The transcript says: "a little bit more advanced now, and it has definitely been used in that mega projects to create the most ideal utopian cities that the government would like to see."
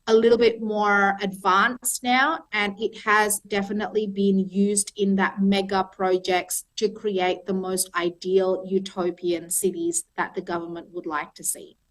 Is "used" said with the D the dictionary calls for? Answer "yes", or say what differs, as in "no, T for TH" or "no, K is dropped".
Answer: yes